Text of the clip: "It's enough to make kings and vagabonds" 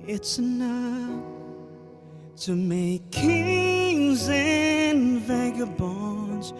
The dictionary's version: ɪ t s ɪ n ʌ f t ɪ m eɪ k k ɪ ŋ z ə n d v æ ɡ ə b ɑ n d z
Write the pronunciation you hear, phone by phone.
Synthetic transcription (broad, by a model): ɪ t s ɪ n ʌ f t ɪ m eɪ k k ɪ ŋ z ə n v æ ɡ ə b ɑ n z